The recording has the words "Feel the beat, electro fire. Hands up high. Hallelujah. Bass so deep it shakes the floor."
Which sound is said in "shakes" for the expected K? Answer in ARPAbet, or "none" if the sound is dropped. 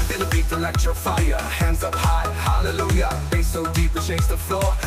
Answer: none